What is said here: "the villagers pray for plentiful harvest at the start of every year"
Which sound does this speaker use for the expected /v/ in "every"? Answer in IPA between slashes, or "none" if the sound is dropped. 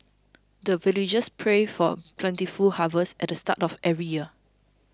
none